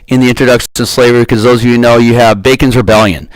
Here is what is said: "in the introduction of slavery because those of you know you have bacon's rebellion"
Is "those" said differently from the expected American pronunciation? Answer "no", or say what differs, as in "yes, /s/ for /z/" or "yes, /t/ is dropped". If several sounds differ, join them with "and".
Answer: no